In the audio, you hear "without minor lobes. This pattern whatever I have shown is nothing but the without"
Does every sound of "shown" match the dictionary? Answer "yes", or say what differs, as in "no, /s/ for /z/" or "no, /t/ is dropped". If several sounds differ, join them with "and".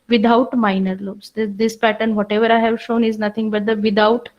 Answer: yes